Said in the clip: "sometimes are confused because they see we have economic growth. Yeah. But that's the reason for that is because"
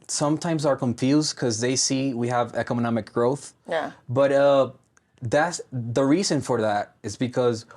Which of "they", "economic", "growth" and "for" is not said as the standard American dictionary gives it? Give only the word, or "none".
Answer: none